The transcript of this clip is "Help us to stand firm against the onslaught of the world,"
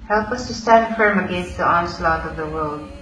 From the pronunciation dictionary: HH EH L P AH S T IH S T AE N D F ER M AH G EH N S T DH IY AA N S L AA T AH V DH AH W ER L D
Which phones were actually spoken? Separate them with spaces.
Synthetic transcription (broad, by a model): HH EH L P AH S T IH S T AE N D F ER M AH G EH N S T DH IY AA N S L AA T AH V DH AH W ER L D